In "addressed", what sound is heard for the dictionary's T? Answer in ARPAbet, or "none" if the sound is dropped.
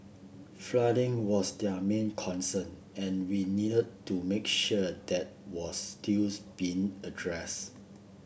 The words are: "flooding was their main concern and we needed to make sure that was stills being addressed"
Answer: none